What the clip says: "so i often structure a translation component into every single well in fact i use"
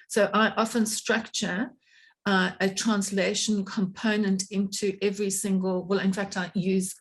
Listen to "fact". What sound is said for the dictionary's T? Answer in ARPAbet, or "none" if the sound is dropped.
T